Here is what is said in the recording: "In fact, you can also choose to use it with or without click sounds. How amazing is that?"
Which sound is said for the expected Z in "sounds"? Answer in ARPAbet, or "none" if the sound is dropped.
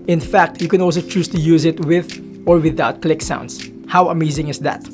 S